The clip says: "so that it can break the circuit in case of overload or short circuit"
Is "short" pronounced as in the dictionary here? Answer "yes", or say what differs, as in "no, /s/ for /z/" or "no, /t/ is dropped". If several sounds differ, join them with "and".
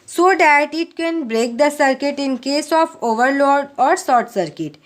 no, /s/ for /ʃ/